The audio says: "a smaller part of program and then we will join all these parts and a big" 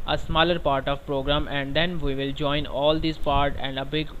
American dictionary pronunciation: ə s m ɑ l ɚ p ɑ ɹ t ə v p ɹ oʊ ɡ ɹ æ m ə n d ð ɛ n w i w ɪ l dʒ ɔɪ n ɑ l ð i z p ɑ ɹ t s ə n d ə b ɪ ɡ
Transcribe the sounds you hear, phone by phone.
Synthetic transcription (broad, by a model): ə s m ɑ l ɚ p ɑ ɹ t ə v p ɹ oʊ ɡ ɹ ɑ m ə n d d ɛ n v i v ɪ l dʒ ɔɪ n ɑ l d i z p ɑ ɹ t ə n d ə b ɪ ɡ